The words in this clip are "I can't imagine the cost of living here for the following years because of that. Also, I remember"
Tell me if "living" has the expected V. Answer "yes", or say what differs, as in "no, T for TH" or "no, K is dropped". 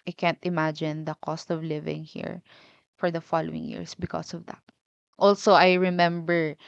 yes